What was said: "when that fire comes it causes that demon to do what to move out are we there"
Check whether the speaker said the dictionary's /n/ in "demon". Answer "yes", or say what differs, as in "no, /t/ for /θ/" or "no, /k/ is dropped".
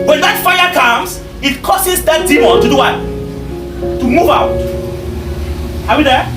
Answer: no, /l/ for /n/